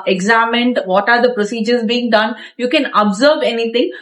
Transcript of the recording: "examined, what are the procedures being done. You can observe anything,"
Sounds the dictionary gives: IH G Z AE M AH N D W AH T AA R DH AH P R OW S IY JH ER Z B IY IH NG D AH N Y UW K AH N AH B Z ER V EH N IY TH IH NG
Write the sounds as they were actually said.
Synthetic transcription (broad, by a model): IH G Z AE M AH N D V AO T AA R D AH P R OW S IY JH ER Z B IY IH NG D AH N Y UW K AH N AH B Z ER V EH N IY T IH NG